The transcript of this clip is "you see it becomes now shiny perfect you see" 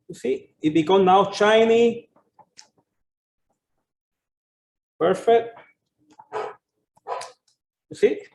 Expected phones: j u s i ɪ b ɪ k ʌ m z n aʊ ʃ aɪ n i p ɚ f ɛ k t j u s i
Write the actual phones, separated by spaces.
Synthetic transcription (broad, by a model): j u s i ɪ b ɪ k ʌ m n aʊ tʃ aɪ n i p ɚ f ɛ k t j u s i